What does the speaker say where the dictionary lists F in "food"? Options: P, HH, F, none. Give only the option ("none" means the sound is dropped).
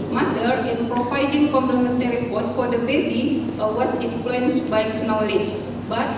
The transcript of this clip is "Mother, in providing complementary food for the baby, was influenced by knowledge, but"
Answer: P